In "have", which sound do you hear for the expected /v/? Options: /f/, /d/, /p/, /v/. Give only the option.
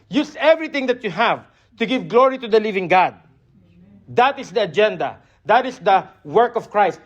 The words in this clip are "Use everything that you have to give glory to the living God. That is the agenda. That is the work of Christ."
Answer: /v/